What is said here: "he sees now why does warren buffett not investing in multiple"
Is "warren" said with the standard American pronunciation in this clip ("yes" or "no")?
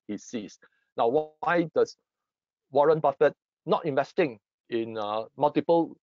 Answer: yes